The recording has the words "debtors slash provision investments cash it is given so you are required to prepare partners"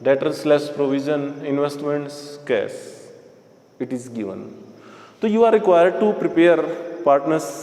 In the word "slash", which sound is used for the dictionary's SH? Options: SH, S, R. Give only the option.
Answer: S